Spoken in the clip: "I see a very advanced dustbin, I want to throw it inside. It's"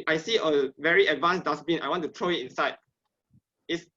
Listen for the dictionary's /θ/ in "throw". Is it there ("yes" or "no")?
no